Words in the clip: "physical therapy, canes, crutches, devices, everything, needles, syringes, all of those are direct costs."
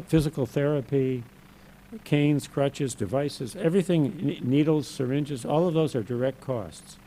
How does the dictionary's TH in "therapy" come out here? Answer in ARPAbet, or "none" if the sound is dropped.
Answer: TH